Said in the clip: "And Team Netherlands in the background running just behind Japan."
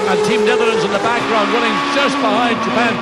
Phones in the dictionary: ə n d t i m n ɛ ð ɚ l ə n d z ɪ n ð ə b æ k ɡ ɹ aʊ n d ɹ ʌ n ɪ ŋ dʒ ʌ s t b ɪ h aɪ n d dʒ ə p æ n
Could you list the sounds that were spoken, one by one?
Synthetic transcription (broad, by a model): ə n t i m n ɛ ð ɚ ə n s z ɪ n ð ə b æ k ɡ ɹ aʊ n d w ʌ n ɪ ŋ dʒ ʌ s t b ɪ h aɪ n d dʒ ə p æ n